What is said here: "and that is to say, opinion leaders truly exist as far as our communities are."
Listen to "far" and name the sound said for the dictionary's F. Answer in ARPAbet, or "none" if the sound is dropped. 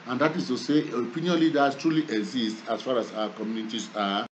F